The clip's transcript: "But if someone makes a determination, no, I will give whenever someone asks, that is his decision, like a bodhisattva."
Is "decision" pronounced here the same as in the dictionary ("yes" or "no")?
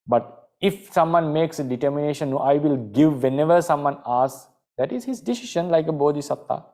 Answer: no